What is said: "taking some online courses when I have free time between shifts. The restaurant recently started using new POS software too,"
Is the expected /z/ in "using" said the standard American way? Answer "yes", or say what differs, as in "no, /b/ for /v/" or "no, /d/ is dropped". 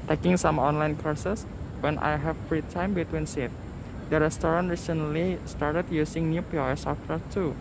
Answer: no, /s/ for /z/